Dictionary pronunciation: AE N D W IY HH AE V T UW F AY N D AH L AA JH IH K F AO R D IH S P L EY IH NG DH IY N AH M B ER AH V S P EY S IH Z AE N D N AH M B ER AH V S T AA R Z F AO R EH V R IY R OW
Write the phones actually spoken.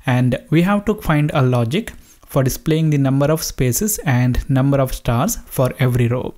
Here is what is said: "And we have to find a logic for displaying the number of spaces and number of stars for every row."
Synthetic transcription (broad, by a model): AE N D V IY HH AE V T UW F AY N D AH L AA JH IH K F AO R D IH S P L EY IH NG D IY N AH M B ER AH V S P EY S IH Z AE N D N AH M B ER AH V S T AA R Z F AO R EH V R IY R OW